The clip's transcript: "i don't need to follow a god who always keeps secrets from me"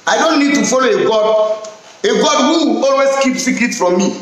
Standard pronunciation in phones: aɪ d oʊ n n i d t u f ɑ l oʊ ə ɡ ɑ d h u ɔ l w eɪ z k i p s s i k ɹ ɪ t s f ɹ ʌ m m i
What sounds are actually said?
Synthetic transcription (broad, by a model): aɪ d oʊ n n i d t u f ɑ l oʊ ə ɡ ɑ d h u ɔ l w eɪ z k i p s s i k ɪ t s f ɹ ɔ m m i